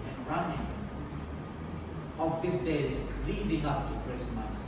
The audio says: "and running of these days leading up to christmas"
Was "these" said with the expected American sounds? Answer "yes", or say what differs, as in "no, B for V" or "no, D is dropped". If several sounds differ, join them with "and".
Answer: no, S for Z